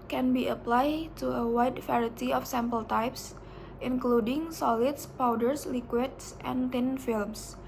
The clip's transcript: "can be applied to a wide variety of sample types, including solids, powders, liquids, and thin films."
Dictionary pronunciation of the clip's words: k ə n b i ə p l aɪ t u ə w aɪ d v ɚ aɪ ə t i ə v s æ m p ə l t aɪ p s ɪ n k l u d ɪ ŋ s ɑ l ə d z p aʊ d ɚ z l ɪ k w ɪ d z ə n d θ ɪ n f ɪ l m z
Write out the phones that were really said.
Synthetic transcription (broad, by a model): k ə n b i ə p l aɪ t u ə w aɪ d f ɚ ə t i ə f s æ m p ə l t aɪ p s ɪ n k l u d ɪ ŋ s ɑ l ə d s p aʊ d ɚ s l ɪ k w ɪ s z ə n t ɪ n f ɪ l m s